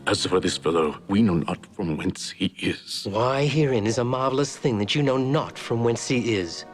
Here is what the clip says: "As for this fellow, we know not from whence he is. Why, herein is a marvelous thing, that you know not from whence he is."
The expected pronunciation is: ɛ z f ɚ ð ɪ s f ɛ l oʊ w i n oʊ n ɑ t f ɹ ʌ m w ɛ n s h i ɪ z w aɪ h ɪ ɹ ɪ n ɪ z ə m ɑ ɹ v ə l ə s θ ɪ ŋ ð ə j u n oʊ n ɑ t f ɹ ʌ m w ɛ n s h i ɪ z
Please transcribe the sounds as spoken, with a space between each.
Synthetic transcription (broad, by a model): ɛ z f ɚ ð ɪ s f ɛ l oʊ w i n oʊ n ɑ t f ɹ ʌ m w ɛ n s h i ɪ z w aɪ h ɪ ɹ ɪ n ɪ z ə m ɑ ɹ v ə l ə s θ ɪ ŋ ð ə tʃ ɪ n oʊ n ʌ t f ɹ ʌ m w ɛ n s h i ɪ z